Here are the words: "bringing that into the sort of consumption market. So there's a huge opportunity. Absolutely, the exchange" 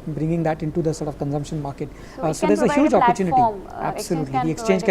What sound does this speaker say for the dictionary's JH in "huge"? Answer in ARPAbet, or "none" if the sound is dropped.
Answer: JH